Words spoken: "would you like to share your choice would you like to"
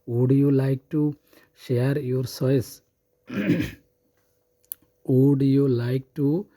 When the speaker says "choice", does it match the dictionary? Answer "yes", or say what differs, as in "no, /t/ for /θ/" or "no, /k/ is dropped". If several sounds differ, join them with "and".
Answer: no, /s/ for /tʃ/